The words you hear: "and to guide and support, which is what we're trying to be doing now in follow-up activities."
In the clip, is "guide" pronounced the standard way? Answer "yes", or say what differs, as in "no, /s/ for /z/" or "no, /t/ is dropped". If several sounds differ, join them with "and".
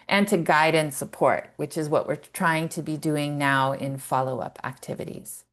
yes